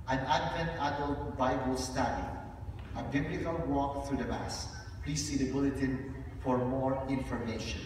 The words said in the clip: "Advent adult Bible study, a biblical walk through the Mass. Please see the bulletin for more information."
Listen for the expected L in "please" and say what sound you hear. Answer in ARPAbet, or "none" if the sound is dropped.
L